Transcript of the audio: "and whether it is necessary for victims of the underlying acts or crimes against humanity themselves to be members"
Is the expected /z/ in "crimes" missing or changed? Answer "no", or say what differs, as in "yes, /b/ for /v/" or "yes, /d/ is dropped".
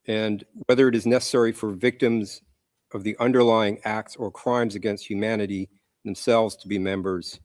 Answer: no